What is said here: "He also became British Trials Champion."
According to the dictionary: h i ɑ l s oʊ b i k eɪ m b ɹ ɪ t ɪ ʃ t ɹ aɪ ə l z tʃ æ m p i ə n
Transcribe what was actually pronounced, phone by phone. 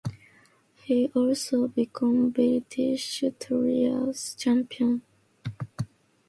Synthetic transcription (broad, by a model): h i ɑ l s oʊ b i k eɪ m b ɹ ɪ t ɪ ʃ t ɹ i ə z tʃ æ m p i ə n